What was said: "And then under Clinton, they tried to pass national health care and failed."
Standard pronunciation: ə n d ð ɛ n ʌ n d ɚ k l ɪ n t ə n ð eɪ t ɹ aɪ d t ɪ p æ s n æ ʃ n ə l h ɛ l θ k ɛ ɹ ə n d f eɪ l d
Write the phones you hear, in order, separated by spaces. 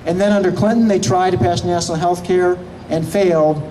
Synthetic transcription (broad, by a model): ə n ð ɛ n ʌ n d ɚ k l ɪ n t n ð eɪ t ɹ aɪ d t ɪ p æ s n æ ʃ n l h ɛ l θ k ɛ ɹ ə n f eɪ l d